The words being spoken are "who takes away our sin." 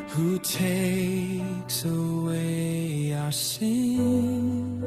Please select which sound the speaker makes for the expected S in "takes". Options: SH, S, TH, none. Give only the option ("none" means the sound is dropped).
S